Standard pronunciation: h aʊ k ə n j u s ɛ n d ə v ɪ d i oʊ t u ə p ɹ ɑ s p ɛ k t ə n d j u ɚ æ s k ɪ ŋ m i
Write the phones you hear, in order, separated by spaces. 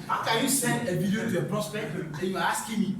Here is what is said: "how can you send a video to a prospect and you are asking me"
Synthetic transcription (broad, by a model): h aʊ k ə n j u s ɛ n d ə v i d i oʊ t u ə p ɹ ɑ s p ɛ k t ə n j u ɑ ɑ s k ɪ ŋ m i